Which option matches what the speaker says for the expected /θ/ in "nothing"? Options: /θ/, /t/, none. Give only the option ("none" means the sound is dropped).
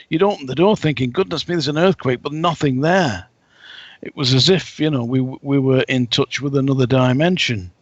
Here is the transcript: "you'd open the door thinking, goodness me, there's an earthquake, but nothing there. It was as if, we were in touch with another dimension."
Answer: /θ/